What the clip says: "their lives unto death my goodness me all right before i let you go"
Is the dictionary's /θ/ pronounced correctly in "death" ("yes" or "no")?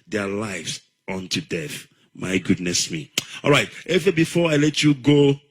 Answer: yes